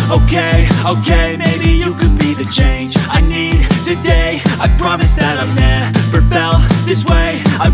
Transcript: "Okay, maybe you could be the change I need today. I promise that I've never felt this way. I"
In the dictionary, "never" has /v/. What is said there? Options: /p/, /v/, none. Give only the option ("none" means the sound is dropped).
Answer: /p/